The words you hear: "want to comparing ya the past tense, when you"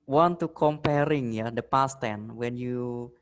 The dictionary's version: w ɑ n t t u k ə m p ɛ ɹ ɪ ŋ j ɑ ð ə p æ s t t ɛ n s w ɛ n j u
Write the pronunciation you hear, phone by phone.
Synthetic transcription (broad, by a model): w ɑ n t t u k ə m p ɛ ɹ ɪ ŋ j ɑ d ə p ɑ s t t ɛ n w ɛ n j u